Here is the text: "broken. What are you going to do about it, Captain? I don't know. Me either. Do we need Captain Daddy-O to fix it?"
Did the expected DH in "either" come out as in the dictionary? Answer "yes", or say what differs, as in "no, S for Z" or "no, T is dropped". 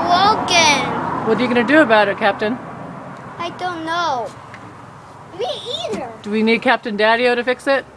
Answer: no, DH is dropped